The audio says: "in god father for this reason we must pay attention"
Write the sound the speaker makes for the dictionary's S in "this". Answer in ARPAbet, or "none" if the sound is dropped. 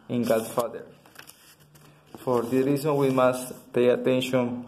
none